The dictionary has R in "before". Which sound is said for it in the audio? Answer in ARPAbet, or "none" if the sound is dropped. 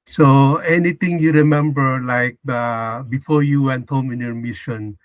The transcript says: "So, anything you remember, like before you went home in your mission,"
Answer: R